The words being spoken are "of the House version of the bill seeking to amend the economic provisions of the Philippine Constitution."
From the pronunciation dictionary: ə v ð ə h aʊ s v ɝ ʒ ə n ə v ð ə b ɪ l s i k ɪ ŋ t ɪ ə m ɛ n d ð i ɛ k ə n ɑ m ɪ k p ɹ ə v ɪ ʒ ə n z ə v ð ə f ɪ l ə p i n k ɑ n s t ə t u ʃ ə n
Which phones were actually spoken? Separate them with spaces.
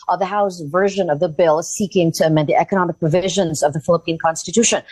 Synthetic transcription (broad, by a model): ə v ð ə h aʊ s v ɝ ʒ ə n ə v ð ə b ɪ l s i k ɪ ŋ t ɪ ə m ɛ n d ð i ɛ k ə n ɑ m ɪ k p ɹ ə v ɪ ʒ ə n z ə v ð ə f ɪ l ə p i n k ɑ n s t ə t u ʃ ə n